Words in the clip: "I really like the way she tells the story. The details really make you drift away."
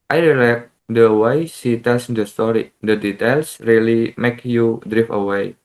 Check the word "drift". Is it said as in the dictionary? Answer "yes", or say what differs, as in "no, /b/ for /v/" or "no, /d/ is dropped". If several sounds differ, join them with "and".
no, /t/ is dropped